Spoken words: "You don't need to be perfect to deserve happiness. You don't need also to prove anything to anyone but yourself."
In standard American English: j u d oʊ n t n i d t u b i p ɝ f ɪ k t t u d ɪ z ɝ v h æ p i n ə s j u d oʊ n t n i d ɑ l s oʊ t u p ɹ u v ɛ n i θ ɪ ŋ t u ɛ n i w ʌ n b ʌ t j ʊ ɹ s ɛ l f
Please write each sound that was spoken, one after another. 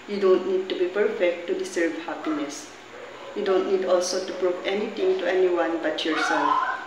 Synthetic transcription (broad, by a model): j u d oʊ n t n i d t u b i p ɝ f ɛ k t t u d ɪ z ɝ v h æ p i n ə s j u d oʊ n t n i d ɑ l s oʊ t u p ɹ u p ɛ n i t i ŋ t u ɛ n i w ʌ n b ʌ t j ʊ ɹ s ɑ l